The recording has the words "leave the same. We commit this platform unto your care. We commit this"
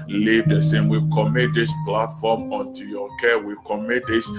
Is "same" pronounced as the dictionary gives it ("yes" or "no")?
yes